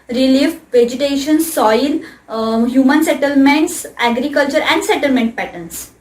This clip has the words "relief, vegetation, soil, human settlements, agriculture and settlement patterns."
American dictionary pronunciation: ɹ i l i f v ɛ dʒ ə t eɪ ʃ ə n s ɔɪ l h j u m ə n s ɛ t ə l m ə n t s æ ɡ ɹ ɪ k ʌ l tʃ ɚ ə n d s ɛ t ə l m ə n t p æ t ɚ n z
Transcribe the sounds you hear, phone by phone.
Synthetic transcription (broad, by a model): ɹ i l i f v ɛ dʒ ə t eɪ ʃ ə n s ɔɪ l h j u m ə n s ɛ t ə l m ə n t s æ ɡ ɹ ɪ k ʌ l tʃ ɚ ə n d s ɛ t ə l m ə n t p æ t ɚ n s